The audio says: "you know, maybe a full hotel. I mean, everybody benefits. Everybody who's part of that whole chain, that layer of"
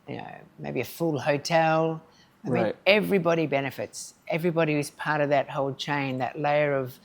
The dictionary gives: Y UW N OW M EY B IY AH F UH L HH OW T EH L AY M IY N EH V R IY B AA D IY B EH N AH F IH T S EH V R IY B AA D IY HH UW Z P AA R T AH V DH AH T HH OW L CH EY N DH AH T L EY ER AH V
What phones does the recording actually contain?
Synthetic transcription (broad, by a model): Y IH N OW M EY B IY AH F UH L HH OW T EH L AY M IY EH V R IY B AA D IY B EH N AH F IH T S EH V R IY B AA D IY HH UW Z P AA R T AH V DH AH T HH OW L CH EY N DH AH T L EY ER AH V